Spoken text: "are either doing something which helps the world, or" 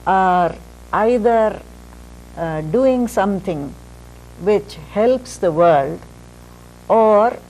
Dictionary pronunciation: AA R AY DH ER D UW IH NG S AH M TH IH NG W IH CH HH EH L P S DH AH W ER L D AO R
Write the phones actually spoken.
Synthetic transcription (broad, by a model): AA R AY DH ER D UW IH NG S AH M T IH NG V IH CH HH EH L P S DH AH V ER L D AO R